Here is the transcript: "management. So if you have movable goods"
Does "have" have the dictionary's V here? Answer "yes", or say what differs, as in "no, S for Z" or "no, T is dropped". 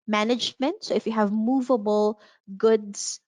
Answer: yes